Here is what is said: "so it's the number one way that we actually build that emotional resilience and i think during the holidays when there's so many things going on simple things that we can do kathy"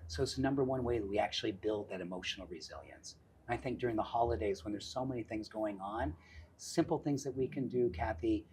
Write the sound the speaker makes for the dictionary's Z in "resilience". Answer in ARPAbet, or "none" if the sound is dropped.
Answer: Z